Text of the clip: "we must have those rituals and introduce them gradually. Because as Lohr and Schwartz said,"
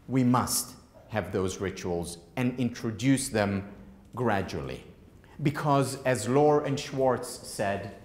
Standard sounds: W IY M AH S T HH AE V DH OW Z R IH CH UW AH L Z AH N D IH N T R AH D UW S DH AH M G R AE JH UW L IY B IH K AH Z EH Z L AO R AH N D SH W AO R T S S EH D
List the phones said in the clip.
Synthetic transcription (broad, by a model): W IY M AH S T HH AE V DH OW Z R IH CH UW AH L Z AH N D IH N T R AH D UW S DH AH M G R AE JH UW L IY B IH K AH Z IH Z L AO R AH N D SH W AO R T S S EH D